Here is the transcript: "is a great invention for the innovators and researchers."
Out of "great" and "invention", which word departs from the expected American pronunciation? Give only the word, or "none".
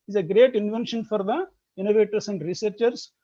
none